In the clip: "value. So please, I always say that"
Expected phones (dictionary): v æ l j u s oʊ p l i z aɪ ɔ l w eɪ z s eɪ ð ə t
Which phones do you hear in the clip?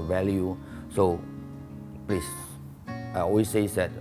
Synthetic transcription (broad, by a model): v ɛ l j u s oʊ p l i s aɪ ɔ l w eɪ s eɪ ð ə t